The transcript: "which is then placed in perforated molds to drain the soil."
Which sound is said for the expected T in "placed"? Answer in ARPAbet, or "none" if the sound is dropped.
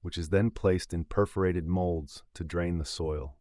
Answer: T